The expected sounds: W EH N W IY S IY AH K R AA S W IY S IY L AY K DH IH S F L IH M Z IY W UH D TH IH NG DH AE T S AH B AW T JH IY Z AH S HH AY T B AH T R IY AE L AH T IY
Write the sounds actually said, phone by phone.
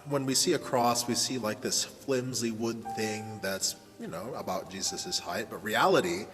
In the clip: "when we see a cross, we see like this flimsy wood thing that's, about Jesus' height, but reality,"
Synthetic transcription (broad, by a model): W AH N W IY S IY AH K R AA S W IY S IY L AY K DH IH S F L IH M Z IY W UH D TH IH NG DH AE T S AH B AW T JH IY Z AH S HH AY T B AH T R IY AE L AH T IY